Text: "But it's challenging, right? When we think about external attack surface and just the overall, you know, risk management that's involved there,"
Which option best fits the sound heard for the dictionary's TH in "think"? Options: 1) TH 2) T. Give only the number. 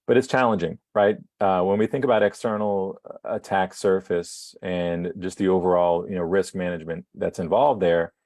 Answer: 1